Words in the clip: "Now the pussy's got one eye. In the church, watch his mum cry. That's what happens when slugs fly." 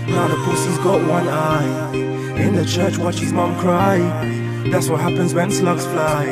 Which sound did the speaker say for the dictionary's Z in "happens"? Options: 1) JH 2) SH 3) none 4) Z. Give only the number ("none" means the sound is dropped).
4